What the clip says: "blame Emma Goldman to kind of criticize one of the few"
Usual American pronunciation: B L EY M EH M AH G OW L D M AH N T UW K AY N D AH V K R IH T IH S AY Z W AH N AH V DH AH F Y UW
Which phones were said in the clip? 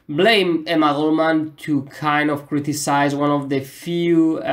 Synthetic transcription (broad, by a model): B L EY M EH M AH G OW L M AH N T UW K AY N D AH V K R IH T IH S AY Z W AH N AH V DH AH F Y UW